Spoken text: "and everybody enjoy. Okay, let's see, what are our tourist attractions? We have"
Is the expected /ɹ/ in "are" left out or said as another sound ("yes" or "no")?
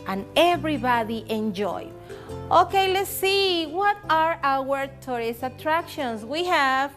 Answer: no